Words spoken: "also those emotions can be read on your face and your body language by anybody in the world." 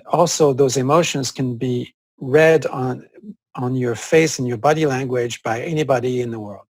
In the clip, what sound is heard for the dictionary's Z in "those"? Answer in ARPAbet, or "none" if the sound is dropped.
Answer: Z